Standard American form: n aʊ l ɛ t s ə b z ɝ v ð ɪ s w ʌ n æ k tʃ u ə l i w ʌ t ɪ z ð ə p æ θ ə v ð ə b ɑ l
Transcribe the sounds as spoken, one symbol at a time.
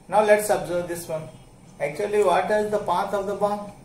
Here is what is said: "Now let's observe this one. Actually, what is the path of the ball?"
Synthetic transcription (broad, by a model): n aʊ l ɛ t s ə b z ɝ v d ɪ s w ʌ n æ k tʃ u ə l i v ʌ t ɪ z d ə p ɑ t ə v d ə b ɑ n